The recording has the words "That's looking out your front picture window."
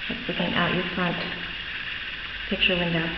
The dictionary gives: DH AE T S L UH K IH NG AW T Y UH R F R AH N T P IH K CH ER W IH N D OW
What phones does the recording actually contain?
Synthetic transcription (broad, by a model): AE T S L UH K IH NG AW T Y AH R F R AH N T P IH K CH ER W IH N D OW